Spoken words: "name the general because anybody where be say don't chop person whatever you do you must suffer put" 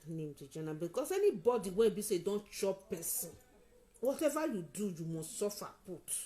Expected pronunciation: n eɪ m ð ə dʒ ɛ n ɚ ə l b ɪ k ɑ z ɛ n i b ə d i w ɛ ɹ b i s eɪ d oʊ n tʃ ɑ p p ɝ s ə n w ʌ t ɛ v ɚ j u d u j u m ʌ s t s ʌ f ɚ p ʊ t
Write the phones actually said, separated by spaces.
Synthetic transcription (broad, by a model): n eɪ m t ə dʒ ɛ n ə b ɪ k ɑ s ɛ n i b ə d i w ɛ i b i s eɪ d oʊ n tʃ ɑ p p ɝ s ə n w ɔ t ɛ v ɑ j u d u j u m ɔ s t s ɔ f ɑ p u t